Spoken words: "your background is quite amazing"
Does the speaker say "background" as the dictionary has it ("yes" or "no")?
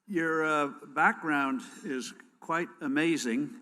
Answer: yes